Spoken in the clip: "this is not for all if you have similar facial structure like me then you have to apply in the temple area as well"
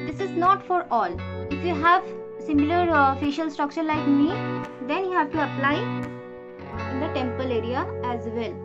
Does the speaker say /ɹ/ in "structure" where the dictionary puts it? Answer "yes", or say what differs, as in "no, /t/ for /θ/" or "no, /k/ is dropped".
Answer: yes